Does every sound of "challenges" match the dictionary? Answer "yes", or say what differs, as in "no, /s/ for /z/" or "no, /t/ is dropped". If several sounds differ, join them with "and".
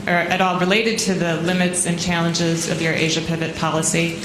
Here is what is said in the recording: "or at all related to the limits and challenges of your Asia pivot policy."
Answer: yes